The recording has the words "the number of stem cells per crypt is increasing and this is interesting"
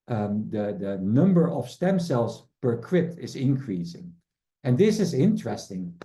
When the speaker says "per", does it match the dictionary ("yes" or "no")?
yes